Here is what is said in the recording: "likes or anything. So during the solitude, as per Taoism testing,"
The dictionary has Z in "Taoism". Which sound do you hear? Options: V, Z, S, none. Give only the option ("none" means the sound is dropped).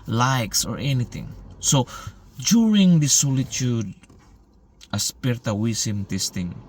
S